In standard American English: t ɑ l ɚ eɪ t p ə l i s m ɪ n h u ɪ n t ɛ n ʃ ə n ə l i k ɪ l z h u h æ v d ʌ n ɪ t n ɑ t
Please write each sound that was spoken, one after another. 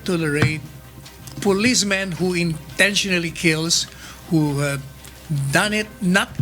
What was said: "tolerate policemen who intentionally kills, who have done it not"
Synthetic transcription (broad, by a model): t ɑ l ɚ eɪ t p ə l i s m ɪ n h u ɪ n t ɛ n ʃ ə n ə l i k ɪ l s h u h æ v d ʌ n ɪ t n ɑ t